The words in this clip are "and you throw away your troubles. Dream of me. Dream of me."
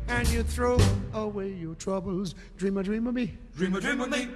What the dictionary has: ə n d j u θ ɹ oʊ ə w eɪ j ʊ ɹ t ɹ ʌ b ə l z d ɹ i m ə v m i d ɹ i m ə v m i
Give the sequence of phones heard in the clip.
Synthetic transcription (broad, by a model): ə n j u θ ɹ oʊ ə w eɪ j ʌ ɹ t ɹ ʌ b ə l z d ɹ i m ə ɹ m i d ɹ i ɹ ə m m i